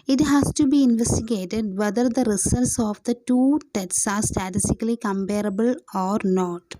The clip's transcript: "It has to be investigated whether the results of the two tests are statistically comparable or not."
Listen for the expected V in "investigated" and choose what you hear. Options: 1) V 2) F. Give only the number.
1